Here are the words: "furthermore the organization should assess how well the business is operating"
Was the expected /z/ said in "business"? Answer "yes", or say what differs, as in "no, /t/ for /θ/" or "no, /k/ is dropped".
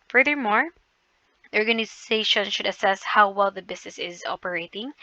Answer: no, /s/ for /z/